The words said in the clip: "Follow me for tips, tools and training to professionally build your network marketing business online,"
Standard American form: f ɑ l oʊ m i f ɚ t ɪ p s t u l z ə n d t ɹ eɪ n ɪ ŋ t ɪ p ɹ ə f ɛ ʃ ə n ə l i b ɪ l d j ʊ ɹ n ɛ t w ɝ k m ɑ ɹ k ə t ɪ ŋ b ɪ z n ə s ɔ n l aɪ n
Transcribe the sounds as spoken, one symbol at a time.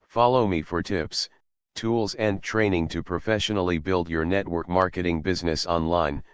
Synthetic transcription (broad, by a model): f ɑ l oʊ m i f ɚ t ɪ p s t u l z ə n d t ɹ eɪ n ɪ ŋ t ɪ p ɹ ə f ɛ ʃ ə n l i b ɪ l d j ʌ ɹ n ɛ t w ɝ k m ɑ ɹ k ə t ɪ ŋ b ɪ z n ə s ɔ n l aɪ n